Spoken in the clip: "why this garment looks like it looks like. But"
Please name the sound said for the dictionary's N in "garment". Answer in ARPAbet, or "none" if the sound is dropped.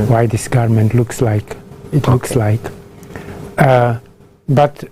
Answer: N